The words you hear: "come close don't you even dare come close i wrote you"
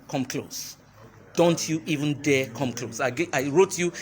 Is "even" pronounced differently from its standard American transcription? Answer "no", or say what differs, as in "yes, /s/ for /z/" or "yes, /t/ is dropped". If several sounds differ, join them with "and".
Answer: no